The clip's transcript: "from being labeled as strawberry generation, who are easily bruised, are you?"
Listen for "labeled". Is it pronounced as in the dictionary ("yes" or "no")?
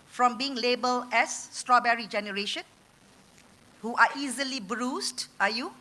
no